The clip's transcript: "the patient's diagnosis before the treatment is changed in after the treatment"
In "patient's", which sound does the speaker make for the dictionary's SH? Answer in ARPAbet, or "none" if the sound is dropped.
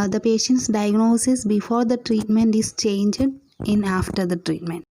SH